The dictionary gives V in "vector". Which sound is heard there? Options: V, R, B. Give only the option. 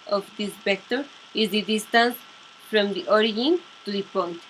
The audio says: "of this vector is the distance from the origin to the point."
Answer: B